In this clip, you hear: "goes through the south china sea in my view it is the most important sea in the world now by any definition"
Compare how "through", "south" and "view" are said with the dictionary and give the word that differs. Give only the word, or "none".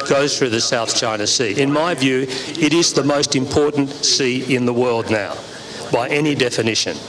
none